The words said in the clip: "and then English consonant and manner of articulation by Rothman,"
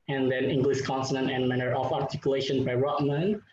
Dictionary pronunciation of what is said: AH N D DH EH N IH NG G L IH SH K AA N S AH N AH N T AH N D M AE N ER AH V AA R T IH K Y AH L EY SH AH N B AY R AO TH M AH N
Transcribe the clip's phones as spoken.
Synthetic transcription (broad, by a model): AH N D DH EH N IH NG G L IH S K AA N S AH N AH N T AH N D M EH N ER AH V AA R T IH K Y AH L EY SH AH N B AY R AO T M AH N